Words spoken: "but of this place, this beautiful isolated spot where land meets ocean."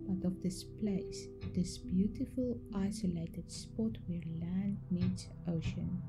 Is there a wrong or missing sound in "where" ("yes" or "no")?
no